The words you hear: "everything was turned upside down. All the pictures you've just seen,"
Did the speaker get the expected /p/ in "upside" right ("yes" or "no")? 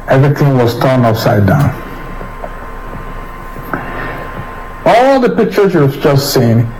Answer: no